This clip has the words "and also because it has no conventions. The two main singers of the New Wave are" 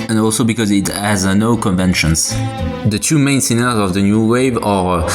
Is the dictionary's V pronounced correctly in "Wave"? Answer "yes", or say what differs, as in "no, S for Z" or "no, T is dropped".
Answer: yes